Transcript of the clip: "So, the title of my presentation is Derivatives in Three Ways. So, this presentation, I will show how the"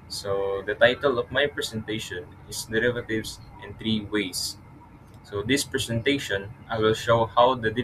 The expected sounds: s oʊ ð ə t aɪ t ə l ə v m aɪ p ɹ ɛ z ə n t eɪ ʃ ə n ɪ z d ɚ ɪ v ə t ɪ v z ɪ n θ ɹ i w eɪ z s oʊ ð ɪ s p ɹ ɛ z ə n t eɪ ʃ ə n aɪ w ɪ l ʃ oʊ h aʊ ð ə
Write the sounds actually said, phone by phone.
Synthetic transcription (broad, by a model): s oʊ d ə t aɪ t ə l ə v m aɪ p ɹ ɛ s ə n t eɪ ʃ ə n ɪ s d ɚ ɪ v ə t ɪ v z ɪ n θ ɹ i w eɪ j s oʊ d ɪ s p ɹ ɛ s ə n t eɪ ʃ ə n aɪ w ɪ l ʃ oʊ h aʊ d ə